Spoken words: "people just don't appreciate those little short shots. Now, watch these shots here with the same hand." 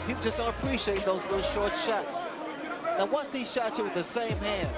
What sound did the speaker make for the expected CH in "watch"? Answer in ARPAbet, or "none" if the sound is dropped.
S